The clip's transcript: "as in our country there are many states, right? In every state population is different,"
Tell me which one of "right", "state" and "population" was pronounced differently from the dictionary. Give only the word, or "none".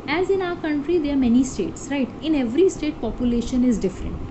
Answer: none